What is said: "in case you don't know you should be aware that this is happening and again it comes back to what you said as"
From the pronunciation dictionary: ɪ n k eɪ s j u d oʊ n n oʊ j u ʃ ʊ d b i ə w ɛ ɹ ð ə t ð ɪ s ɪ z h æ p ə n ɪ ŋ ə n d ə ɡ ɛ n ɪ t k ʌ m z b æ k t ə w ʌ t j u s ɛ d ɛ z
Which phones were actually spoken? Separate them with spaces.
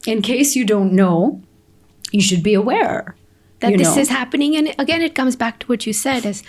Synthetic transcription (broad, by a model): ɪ n k eɪ s j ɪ d oʊ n n oʊ j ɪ ʃ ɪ d b i ə w ɛ ɹ ð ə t ð ɪ s ɪ z h æ p ə n ɪ ŋ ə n ə ɡ ɛ n ɪ t k ʌ m z b æ k t ə w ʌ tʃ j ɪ s ɛ d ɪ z